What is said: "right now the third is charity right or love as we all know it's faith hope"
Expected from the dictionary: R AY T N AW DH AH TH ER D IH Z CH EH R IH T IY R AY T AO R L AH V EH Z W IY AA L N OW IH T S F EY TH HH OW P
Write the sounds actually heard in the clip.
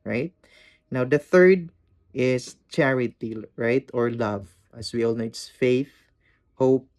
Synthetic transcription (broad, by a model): R AY T N AW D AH TH ER D IH S CH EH R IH T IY R AY T AO R L AH V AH S W IY AA L N OW IH T S F EY TH HH OW P